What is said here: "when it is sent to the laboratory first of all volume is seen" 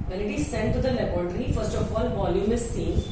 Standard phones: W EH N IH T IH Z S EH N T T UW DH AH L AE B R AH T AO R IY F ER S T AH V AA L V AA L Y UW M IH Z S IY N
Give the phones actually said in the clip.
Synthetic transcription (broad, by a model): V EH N IH T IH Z S EH N T T UW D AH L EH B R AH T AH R IY F ER S T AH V AA L V AA L Y UW M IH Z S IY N